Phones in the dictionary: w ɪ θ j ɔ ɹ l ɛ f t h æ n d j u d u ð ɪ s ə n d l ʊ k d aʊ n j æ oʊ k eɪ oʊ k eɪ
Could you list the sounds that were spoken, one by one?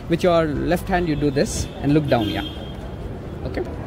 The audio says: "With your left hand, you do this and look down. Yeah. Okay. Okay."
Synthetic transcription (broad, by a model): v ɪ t j ɔ ɹ l ɛ f t h æ n d j u d u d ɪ s ə n d l ʊ k d aʊ n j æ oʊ oʊ k eɪ